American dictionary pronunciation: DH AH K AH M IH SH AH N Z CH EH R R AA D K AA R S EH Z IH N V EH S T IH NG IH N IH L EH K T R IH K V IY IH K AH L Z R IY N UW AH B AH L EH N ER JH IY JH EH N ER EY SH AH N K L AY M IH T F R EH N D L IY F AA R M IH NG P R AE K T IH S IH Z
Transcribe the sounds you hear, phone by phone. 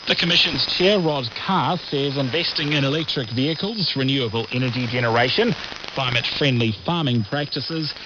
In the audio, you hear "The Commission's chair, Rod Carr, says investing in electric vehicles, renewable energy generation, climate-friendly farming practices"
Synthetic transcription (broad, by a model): DH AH K AH M IH SH AH N Z CH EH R R AA D K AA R S EH Z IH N V EH S T IH NG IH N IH L EH K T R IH K V IY IH K AH L Z R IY N UW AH B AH L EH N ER JH IY JH EH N ER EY SH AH N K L AY M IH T F R EH N D L IY F AA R M IH NG P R AE K T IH S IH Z